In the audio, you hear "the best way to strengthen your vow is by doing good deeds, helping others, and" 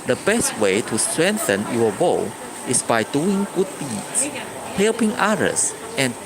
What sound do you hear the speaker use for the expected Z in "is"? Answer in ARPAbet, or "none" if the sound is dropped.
S